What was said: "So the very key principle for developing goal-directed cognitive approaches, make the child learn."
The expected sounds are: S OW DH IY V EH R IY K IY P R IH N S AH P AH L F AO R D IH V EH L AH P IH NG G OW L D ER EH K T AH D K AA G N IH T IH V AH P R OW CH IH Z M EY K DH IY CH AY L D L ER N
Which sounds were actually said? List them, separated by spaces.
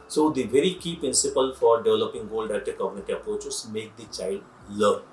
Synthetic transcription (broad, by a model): S OW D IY V EH R IY K IY P R IH N S AH P AH L F AO R D IH V EH L AH P IH NG G OW L D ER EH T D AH K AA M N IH T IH AH P R OW CH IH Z M EY K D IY CH AY L D L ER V